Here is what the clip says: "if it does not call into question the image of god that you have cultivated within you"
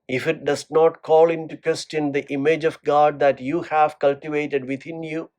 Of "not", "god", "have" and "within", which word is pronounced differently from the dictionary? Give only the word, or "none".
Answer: within